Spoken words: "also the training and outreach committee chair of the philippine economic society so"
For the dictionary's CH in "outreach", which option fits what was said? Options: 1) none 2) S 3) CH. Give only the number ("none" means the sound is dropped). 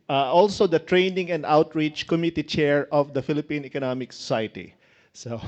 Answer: 3